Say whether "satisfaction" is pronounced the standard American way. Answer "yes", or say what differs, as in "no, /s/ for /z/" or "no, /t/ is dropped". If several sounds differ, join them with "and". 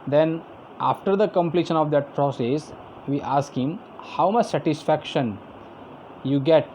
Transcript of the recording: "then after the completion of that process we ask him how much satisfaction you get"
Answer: yes